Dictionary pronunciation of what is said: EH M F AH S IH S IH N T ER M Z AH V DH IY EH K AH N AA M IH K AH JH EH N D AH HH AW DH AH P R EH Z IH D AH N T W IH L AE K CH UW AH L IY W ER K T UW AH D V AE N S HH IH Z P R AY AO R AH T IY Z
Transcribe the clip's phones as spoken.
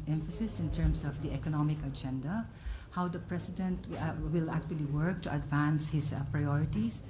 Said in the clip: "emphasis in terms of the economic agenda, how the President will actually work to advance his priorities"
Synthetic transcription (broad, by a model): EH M F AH S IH S IH N T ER M S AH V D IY EH K AH N AA M IH K AH JH EH N D AH HH AW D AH P R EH S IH D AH N T W IH L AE K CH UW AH L IY W ER K T UW AH D V AE N S HH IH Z P R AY AO R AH T IY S